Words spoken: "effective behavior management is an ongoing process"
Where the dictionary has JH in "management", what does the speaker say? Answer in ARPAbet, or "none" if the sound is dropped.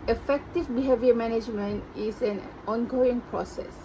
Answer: JH